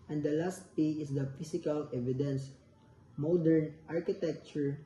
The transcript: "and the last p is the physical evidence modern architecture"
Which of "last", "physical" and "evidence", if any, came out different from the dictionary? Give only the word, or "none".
physical